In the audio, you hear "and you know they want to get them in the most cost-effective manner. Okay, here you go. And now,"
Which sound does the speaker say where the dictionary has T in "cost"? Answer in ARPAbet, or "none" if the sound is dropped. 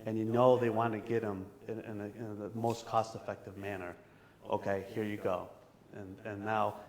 T